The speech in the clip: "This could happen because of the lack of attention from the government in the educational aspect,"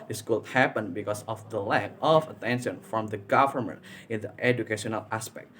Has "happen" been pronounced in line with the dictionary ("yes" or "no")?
yes